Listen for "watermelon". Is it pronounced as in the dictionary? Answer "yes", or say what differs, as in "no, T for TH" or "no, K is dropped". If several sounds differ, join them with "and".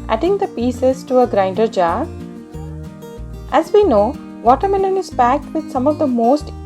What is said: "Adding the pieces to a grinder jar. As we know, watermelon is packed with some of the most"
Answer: no, N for L